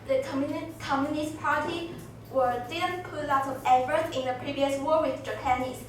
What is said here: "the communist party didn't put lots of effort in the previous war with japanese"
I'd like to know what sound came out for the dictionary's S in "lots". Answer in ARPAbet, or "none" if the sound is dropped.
none